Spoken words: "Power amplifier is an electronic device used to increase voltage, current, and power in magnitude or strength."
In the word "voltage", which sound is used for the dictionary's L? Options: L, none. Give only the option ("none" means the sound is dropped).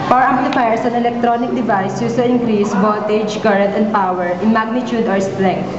none